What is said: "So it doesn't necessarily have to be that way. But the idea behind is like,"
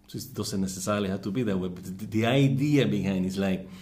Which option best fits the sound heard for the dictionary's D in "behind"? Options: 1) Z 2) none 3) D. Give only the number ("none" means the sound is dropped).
2